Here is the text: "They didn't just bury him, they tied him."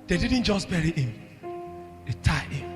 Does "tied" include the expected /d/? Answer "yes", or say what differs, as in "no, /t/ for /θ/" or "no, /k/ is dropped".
no, /d/ is dropped